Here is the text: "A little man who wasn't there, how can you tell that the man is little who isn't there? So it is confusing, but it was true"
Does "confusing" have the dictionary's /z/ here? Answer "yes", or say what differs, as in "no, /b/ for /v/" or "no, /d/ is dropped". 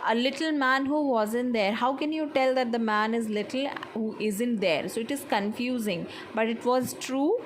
yes